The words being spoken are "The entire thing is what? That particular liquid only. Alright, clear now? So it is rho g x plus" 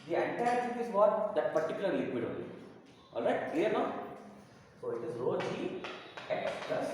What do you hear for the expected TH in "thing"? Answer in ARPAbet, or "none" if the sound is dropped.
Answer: S